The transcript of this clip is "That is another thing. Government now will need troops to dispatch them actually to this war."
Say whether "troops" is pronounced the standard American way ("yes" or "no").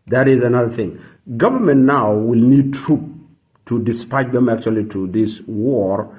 no